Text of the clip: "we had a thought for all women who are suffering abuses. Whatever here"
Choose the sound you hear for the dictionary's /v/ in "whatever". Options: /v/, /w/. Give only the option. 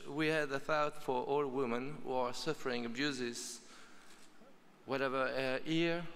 /v/